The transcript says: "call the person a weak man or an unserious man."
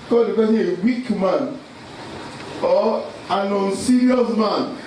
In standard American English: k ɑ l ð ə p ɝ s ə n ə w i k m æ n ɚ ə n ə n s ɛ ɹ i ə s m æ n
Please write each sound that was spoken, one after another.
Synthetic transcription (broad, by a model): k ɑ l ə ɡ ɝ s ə ə w i k m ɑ n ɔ ə n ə n s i ɹ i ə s m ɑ n